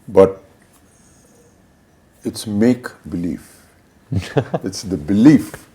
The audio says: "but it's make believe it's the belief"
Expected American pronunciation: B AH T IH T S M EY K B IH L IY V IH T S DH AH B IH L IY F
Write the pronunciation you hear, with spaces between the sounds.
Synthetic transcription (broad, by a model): B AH T IH T S M EY K B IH L IY F IH T S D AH B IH L IY F